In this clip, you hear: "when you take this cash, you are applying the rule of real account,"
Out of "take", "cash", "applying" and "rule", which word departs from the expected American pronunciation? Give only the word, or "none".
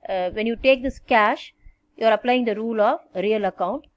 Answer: none